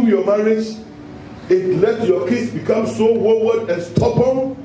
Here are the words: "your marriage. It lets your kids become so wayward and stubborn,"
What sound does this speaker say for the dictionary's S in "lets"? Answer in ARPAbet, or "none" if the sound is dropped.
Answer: none